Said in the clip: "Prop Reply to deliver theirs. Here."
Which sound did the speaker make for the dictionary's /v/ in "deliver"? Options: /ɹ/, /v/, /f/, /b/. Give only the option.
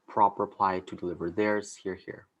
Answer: /v/